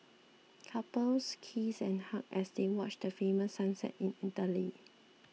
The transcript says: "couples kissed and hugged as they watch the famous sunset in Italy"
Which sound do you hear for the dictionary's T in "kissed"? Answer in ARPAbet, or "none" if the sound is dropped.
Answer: none